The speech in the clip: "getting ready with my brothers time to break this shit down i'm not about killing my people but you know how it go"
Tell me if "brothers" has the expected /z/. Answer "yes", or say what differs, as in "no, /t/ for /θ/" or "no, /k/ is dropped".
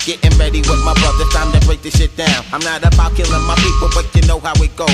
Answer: no, /z/ is dropped